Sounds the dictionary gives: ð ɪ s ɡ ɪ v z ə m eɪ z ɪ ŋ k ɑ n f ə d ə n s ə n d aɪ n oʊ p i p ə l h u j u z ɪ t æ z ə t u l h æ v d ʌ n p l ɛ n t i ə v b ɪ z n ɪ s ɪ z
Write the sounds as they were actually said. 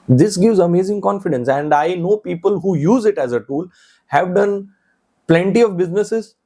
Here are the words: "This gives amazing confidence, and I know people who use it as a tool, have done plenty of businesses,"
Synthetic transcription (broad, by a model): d ɪ s ɡ ɪ v z ə m eɪ z ɪ ŋ k ɑ n f ə d ə n s ə n d aɪ n oʊ p i p ə l h u j u z ɪ t æ z ə t u l h æ v d ʌ n p l ɛ n t i ə v b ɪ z n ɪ s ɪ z